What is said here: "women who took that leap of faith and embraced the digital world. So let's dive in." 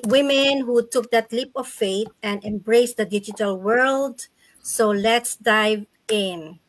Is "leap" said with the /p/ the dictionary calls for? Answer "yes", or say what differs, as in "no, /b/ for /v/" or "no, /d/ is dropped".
yes